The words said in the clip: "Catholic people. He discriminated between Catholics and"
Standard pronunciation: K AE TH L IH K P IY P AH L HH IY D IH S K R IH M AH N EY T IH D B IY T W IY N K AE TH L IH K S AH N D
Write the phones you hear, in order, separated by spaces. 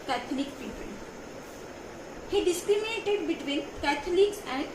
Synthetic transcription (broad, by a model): K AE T L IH K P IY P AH N HH IY D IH S K R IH M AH N EY T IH D B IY T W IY N K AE T L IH K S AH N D